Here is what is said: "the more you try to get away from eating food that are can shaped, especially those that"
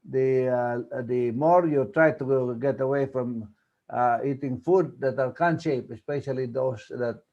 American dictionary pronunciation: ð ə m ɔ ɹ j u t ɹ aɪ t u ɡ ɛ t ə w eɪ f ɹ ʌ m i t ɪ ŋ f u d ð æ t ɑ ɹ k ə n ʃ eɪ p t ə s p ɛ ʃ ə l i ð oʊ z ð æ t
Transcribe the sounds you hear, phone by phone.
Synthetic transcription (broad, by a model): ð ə m ɔ ɹ j u t ɹ aɪ t u ɡ ɛ t ə w eɪ f ɹ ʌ m i t ɪ ŋ f u d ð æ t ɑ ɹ k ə n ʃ eɪ p ə s p ɛ ʃ ə l i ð oʊ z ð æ t